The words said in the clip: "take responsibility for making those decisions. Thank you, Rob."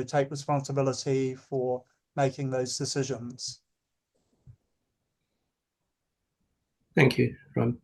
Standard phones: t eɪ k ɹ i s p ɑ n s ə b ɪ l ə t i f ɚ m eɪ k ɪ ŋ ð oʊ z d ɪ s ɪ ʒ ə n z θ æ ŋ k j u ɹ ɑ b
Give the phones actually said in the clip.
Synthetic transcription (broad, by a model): t eɪ k ɹ i s p ɑ n s ə b ɪ l ə t i f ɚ m eɪ k ɪ ŋ ð oʊ z d ɪ s ɪ ʒ ə n z θ æ ŋ k j u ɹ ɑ